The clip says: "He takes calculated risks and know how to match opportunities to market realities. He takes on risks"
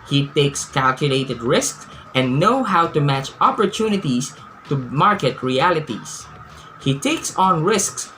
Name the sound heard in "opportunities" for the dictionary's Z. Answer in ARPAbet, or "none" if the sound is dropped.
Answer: S